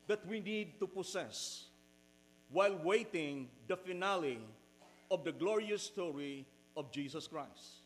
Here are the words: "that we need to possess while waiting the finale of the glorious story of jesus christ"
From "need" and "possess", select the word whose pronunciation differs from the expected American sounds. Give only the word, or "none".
possess